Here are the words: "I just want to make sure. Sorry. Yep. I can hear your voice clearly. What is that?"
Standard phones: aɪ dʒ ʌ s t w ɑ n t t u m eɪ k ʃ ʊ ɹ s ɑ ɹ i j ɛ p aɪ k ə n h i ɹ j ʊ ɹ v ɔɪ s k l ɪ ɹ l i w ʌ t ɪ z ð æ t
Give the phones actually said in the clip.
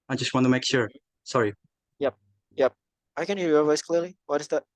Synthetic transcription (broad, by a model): aɪ dʒ ʌ s t w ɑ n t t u m eɪ k ʃ ʊ ɹ s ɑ ɹ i j ɛ p aɪ k ə n h i ɹ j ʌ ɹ v ɔɪ s k l ɪ ɹ l i w ʌ t ɪ z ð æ t